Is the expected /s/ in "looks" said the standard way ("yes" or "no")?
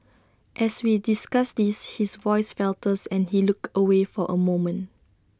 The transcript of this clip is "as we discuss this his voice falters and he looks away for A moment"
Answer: no